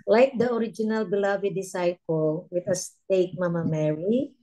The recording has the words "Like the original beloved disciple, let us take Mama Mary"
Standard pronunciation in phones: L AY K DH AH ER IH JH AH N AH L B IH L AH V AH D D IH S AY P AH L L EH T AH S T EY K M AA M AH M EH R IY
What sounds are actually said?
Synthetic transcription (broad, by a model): L AY K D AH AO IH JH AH N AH L B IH L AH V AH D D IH S AY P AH L W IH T AH S T EY K M AA M AH M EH R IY